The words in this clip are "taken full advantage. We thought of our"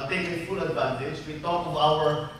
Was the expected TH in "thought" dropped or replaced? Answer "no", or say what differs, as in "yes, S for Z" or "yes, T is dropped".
yes, T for TH